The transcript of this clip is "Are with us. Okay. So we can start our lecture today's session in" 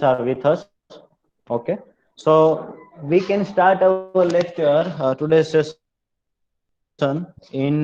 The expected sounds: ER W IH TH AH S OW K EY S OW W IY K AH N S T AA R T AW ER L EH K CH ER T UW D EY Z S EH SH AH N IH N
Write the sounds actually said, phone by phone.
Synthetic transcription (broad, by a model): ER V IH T AH S OW K EY S OW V IY K AH N S T AA R T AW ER L EH K CH ER T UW D EY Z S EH S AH N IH N